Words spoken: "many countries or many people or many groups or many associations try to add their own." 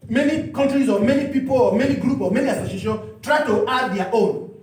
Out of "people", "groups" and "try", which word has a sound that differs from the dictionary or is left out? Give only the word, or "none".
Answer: groups